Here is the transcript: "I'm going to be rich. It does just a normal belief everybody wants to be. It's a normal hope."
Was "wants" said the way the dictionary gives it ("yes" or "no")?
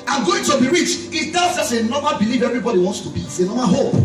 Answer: yes